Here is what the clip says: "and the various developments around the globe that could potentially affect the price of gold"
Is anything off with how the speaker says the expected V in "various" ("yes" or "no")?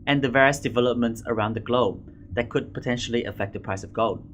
no